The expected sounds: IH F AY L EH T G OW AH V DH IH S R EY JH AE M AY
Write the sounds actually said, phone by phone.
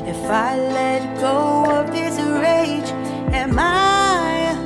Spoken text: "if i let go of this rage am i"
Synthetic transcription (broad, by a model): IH F AY L EH T G OW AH P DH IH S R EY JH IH M AY